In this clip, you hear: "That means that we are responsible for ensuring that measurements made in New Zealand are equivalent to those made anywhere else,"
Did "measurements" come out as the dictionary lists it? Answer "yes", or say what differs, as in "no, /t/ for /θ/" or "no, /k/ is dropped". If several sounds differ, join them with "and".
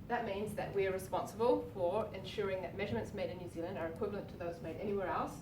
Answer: yes